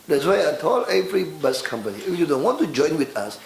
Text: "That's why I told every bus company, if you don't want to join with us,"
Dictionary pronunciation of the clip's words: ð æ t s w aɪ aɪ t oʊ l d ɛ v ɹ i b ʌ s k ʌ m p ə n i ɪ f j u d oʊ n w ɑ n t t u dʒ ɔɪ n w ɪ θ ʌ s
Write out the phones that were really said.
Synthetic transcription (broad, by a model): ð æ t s w aɪ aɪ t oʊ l ɛ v ɹ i b ʌ s k ʌ m p ə n i ɪ f j u d oʊ n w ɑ n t t u dʒ ɔɪ n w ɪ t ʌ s